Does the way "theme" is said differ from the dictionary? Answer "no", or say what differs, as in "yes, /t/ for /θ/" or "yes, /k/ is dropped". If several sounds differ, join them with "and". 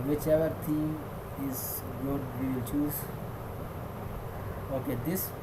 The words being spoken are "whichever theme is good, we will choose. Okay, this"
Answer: yes, /t/ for /θ/